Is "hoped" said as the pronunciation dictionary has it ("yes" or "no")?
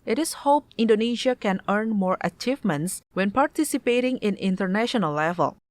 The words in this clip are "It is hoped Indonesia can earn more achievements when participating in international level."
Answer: no